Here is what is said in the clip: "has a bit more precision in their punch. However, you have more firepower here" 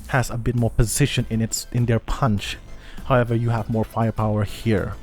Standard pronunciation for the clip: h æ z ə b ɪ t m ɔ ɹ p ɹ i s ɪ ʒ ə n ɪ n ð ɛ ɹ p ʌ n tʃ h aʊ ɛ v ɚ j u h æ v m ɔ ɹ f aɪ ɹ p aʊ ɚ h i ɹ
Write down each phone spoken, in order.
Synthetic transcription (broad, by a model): h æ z ə b ɪ t m ɔ ɹ p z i ʃ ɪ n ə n ɪ n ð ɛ ɹ p ʌ n tʃ h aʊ ɛ v ɚ j u h æ v m ɔ ɹ f aɪ ɹ p aʊ ɚ h i ɹ